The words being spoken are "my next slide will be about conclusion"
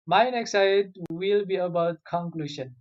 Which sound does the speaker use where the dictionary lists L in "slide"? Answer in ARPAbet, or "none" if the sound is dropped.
none